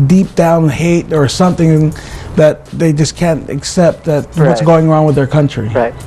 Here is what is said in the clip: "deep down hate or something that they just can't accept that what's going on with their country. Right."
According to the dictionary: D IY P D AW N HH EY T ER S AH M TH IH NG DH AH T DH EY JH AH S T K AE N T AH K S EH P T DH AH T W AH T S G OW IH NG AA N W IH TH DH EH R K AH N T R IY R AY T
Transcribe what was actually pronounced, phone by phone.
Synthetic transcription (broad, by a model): D IY P D AW N HH EY T ER S AH M TH IH NG DH AH T DH EY JH AH S K AE N T AH K S EH P T DH AH T W AH T S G OW IH NG AA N W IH DH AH R K AH N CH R IY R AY